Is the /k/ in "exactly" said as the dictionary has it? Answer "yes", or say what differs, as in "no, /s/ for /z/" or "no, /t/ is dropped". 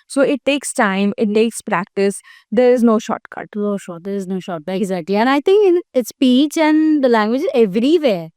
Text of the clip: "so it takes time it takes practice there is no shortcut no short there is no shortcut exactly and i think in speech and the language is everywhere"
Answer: no, /k/ is dropped